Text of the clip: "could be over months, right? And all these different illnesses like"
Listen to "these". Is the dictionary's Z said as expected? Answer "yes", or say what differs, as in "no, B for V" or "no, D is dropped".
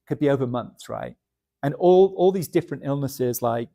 yes